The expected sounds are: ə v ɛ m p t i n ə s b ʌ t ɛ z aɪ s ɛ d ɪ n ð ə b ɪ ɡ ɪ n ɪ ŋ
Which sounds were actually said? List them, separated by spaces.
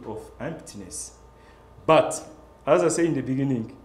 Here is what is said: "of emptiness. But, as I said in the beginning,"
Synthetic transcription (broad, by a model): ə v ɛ m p t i n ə s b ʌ t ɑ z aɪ s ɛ ɪ n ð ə b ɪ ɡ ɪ n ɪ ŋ